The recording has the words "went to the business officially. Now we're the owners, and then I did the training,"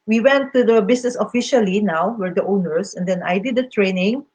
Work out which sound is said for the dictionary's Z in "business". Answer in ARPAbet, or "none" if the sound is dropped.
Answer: S